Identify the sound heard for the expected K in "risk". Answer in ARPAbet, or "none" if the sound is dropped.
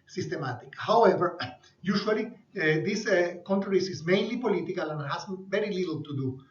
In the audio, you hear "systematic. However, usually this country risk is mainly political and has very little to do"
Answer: none